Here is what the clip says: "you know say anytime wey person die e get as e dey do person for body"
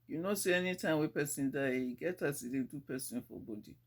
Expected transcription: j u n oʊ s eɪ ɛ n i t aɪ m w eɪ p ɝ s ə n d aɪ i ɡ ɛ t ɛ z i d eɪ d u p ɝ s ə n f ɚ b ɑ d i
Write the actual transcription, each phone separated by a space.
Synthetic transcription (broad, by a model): j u n oʊ s eɪ ɛ n i t aɪ m w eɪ p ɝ s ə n d aɪ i ɡ ɛ t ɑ s i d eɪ d u p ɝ s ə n f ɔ b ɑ d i